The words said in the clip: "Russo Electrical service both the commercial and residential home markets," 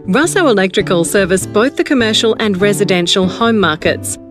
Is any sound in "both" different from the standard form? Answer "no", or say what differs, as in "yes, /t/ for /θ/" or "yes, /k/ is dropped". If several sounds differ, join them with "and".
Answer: no